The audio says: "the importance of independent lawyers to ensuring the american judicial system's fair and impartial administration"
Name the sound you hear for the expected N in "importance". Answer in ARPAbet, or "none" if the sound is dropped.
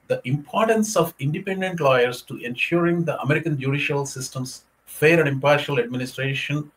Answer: N